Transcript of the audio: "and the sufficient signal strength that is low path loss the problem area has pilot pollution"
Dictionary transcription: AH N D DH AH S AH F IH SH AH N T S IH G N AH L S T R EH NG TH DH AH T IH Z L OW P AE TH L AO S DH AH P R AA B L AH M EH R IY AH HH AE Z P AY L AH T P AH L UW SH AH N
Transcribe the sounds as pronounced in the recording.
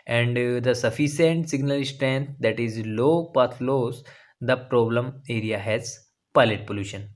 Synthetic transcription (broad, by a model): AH N D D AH S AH F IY S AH N T S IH G N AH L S T R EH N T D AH T IH Z L OW P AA T L AO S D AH P R AA B L AH M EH R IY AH HH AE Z P AY L AH T P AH L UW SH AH N